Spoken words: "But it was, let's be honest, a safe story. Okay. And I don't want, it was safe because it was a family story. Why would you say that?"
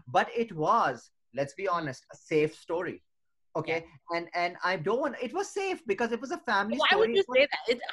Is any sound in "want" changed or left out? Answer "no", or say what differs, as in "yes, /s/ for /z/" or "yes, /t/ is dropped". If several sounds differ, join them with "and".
yes, /t/ is dropped